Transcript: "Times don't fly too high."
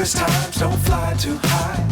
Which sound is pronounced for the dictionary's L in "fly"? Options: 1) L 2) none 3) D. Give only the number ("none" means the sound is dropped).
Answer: 1